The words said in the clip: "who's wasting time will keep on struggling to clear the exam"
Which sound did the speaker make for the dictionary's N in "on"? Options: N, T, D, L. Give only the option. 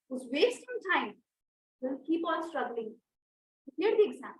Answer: L